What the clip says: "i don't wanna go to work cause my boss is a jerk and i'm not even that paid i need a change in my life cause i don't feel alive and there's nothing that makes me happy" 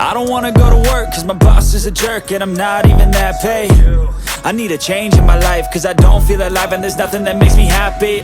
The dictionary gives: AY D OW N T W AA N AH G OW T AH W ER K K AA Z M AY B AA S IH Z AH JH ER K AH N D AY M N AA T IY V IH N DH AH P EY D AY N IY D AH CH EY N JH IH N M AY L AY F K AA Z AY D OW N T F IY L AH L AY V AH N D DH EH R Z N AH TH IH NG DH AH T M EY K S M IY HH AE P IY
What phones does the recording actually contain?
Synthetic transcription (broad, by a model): AY D OW N T W AA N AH G OW T AH W ER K K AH Z M AY B AA S IH Z AH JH ER K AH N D AY M N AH T IY V IH N DH AH P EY AY N IY D AH CH EY N JH IH N M AY L AY F K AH Z AY D OW N T F IY L AH L AY V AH N DH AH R Z N AH TH IH NG DH AH T M EY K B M IY HH AE P IY